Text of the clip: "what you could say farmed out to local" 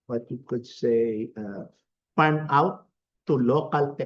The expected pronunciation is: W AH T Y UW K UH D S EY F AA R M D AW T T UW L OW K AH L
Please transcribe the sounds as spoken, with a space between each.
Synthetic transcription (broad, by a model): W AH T Y UW K UH D S EY P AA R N AW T T UW L OW K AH L